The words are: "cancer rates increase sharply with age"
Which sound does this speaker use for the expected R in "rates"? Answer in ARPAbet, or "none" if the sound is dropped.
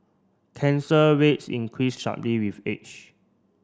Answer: W